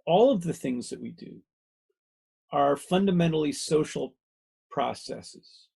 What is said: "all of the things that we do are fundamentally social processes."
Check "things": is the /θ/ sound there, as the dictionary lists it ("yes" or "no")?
yes